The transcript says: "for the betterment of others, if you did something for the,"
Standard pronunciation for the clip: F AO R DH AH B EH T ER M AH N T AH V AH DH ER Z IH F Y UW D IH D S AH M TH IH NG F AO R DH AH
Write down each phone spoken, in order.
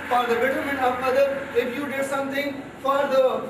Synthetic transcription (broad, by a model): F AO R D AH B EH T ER M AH N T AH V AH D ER IH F Y UW D IH D S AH M T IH NG F AO R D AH